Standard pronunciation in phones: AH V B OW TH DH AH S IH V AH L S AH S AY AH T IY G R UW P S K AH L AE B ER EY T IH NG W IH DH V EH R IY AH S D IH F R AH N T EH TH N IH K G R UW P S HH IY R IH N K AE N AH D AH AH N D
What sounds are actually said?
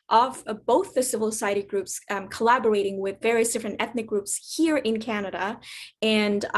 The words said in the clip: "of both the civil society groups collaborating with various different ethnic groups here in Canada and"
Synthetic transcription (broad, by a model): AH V B OW TH DH AH S IH V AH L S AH S AY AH T IY G R UW P S K AH L AE B ER EY T IH NG W IH DH V EH R IY AH S D IH F R AH N T EH TH N IH K G R UW P S HH IY R IH N K AE N AH D AH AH N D